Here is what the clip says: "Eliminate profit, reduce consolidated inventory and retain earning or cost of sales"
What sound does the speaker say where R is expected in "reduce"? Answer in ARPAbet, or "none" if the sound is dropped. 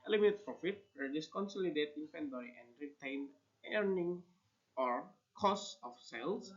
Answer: W